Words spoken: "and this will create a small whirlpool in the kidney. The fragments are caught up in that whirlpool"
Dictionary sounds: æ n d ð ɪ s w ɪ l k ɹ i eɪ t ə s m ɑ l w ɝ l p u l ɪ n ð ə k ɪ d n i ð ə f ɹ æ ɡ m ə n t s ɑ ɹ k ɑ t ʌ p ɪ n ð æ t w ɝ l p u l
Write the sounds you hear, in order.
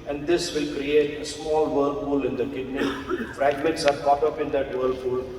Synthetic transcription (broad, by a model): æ n d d ɪ s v ɪ l k ɹ i eɪ t ə s m ɑ l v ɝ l f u l ɪ n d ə k ɪ d n i f ɹ æ ɡ m ə n t s ɑ ɹ k ɑ t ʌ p ɪ n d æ t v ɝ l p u l